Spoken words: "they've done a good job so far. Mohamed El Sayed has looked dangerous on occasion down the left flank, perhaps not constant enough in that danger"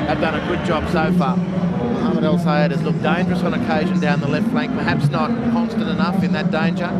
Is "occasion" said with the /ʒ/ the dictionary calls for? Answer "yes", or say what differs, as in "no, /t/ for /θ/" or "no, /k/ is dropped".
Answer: yes